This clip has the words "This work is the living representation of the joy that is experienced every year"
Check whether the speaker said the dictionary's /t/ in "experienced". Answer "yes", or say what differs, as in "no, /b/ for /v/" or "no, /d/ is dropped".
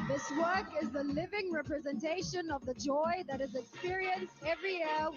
yes